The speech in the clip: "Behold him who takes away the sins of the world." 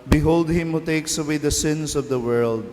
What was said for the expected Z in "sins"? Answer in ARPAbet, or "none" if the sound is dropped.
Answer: S